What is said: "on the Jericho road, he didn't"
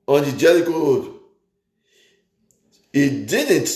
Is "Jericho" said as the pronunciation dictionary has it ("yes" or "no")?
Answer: no